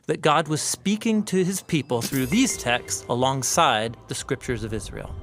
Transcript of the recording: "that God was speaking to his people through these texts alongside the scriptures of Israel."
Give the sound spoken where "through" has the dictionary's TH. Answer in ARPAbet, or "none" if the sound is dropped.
TH